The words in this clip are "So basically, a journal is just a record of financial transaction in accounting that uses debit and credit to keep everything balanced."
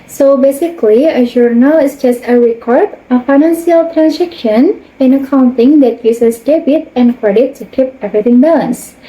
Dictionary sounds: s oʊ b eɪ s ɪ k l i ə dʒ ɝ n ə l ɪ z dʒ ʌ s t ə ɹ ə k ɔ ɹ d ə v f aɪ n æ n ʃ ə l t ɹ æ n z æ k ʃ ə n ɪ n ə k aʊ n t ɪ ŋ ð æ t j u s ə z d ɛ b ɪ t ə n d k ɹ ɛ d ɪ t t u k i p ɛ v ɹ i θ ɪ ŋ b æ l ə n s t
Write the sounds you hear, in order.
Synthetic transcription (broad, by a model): s oʊ b eɪ s ɪ k l i ə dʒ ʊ n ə l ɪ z dʒ ʌ s t ə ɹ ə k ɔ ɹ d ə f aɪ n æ n s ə l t ɹ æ n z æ k ʃ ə n ɪ n ə k aʊ n t ɪ ŋ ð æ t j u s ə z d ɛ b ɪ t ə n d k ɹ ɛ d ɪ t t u k i p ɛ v ɹ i t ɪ ŋ b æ l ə n s